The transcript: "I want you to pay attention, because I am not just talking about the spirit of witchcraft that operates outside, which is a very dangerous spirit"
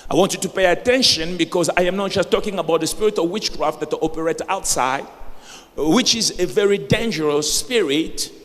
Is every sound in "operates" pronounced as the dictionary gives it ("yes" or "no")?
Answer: no